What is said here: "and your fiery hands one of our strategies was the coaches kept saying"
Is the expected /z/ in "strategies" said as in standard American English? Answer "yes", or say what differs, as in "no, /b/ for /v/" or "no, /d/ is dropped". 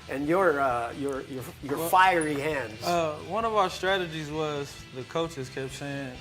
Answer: yes